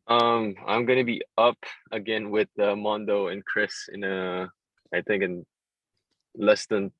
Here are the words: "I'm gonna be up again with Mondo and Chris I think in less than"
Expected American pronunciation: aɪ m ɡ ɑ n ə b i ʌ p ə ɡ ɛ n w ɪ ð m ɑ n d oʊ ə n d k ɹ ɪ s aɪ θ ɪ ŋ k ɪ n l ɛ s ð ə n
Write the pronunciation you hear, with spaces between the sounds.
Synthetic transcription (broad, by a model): aɪ m ɡ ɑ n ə b i ʌ p ə ɡ ɛ n w ɪ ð m ɑ n d oʊ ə n k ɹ ɪ s aɪ θ ɪ ŋ k ɪ n l ɛ s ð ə n